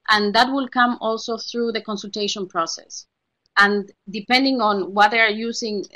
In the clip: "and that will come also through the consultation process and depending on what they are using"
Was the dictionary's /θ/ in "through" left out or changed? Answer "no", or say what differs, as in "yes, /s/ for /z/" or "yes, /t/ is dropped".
no